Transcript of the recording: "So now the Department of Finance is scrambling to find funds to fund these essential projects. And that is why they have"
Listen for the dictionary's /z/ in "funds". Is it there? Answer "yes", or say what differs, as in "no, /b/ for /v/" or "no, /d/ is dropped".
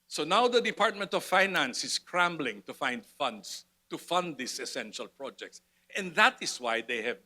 no, /s/ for /z/